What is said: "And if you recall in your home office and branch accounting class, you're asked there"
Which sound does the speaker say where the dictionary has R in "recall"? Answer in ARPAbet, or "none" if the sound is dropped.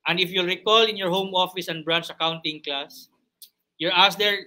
R